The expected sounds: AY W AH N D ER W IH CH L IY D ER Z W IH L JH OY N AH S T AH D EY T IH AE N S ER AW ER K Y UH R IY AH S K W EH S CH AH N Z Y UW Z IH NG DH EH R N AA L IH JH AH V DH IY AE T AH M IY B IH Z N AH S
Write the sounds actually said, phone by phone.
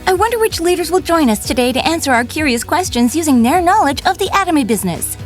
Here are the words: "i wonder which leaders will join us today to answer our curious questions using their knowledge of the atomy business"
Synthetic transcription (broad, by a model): AY W AH N D ER W IH CH L IY D ER Z W IH L JH OY N AH S T AH D EY T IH AE N S ER AW ER K Y UH R IY AH S K W EH S CH AH N Z Y UW Z IH NG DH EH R N AA L IH JH AH V DH IY AE T AH M IY B IH Z N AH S